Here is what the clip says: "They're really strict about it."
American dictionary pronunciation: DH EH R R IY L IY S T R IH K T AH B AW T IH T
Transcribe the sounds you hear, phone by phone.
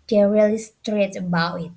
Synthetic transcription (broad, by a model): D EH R R IY L IY S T R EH T AH B AW T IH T